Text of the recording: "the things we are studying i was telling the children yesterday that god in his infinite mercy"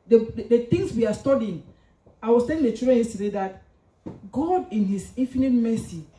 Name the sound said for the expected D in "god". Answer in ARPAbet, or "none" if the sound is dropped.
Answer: D